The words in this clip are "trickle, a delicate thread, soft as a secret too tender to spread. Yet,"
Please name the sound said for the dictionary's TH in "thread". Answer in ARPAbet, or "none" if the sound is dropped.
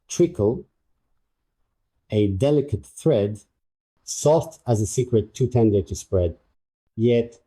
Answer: TH